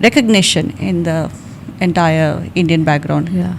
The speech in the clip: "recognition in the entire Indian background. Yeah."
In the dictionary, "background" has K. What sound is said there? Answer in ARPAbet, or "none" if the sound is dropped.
K